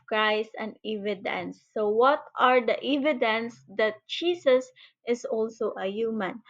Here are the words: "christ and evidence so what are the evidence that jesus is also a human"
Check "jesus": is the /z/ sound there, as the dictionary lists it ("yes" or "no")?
no